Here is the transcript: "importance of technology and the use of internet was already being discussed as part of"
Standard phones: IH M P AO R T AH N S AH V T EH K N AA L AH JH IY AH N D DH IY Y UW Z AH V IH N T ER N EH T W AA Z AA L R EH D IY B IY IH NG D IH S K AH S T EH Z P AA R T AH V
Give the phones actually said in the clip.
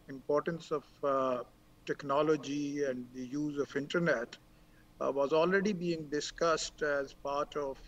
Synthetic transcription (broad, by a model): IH M P AO R T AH N S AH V T EH K N AA L AH JH IY AH N D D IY Y UW Z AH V IH N T ER N EH T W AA Z AA L R EH D IY B IY IH NG D IH S K AH S T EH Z P AA R T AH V